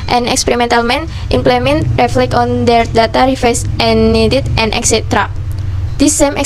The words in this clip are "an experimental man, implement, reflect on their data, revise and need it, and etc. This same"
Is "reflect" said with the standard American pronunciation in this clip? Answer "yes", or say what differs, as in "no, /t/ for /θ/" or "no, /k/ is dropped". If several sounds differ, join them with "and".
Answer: no, /t/ is dropped